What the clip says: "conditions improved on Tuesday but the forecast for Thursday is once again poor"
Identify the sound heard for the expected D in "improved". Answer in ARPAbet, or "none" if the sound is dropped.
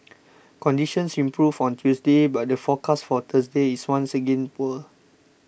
none